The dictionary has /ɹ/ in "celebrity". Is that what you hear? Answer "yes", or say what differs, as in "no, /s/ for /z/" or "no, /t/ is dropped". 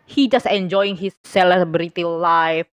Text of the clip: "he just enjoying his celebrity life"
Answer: yes